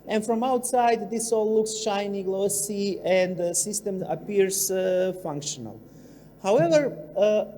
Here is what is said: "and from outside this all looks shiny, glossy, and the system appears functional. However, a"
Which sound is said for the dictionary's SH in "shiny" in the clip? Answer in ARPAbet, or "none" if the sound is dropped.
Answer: SH